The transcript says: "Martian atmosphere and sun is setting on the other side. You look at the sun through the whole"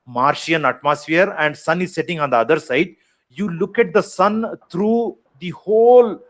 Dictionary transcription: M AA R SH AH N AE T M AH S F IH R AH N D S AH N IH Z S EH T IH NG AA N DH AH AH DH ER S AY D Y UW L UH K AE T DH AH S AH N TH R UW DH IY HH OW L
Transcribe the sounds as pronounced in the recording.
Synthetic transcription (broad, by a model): M AA R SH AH N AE T M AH S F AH R AH N D S AH N IH Z S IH T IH NG AA N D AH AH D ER S AY D Y UW L UH K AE T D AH S AH N T R UW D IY HH OW L